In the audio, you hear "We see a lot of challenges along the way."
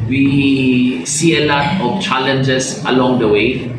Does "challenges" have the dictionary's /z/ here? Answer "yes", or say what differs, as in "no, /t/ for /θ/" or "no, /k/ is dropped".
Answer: no, /s/ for /z/